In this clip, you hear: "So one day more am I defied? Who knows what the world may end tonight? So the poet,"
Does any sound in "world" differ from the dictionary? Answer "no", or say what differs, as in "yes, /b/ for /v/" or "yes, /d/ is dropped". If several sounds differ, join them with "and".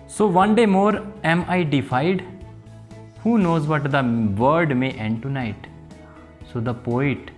yes, /l/ is dropped